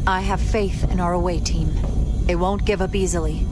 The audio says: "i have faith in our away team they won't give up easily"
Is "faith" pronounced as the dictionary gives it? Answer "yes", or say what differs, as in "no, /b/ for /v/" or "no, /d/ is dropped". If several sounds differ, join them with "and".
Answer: yes